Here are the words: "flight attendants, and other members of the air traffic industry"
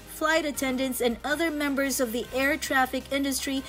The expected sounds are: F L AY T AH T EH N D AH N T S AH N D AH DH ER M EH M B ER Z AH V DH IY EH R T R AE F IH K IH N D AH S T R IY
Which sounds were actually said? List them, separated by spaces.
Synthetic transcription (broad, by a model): F L AY T AH T EH N D AH N T S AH N AH DH ER M EH M B ER Z AH V DH IY EH R T R AE F IH K IH N D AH S T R IY